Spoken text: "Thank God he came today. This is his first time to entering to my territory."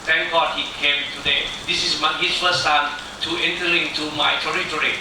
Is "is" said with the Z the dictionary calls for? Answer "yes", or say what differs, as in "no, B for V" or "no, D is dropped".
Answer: no, S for Z